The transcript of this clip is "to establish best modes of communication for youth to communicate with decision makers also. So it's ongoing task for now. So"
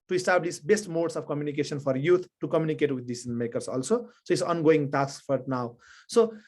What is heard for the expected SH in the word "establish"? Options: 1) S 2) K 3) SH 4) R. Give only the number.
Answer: 1